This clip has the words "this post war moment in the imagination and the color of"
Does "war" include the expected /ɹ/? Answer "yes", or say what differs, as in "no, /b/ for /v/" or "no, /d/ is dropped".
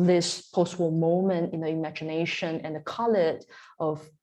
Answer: no, /l/ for /ɹ/